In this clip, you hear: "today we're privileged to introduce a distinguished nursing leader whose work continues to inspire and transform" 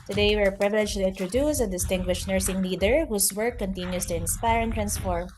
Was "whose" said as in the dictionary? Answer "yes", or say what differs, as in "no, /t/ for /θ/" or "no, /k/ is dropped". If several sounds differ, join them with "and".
no, /s/ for /z/